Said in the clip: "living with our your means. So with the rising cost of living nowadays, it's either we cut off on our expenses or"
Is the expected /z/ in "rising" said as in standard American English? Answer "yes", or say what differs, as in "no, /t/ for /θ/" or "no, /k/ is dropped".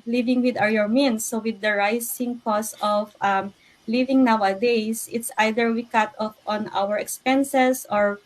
no, /s/ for /z/